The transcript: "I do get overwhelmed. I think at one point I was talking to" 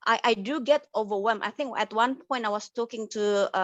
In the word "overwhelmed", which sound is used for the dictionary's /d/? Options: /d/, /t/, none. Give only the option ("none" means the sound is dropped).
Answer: none